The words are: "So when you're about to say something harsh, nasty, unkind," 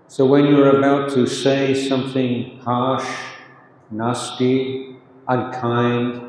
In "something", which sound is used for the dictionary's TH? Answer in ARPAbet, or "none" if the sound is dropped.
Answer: TH